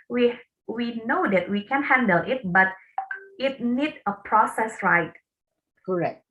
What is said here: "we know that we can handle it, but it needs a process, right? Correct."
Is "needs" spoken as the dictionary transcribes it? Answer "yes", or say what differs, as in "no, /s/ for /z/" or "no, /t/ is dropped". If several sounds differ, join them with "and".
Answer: no, /z/ is dropped